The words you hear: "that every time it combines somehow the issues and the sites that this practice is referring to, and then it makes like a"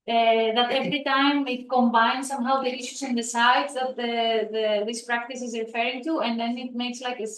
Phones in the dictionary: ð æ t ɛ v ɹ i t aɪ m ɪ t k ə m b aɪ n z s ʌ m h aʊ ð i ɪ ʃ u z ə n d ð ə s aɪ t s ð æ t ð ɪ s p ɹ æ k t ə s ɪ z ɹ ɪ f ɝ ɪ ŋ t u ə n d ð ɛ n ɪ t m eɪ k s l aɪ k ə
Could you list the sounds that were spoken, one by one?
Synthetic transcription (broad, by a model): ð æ t ɛ v ɹ i t aɪ m ɪ t k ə m b aɪ n s ʌ m h aʊ ð i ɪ ʃ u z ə n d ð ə s aɪ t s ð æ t ð ɪ s p ɹ æ k t ə s ɪ z ɹ ɪ f ɝ ɪ ŋ t u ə n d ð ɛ n ɪ t m eɪ k s l aɪ k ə